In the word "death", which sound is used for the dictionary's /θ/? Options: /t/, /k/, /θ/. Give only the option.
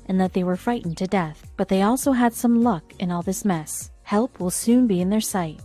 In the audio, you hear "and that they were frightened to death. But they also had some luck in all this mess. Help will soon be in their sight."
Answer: /θ/